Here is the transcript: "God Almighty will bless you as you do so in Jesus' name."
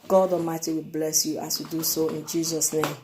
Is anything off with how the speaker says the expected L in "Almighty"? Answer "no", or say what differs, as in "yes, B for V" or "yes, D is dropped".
yes, L is dropped